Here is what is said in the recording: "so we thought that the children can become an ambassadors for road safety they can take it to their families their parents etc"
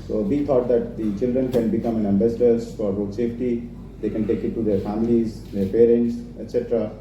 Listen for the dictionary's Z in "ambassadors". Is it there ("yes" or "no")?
no